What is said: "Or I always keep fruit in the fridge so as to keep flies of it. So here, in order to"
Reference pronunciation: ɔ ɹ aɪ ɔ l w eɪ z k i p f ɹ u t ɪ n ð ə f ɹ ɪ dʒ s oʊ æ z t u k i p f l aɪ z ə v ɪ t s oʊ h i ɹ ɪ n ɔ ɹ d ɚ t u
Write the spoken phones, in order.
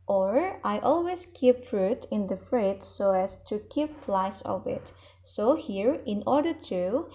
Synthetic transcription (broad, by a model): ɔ ɹ aɪ ɔ l w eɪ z k i p f ɹ u t ɪ n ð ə f ɹ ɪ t s oʊ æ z t u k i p p l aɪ s ə v ɪ t s oʊ h i ɹ ɪ n ɔ ɹ d ɚ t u